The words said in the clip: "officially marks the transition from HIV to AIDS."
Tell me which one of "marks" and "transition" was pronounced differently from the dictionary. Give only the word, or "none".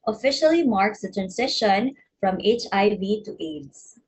transition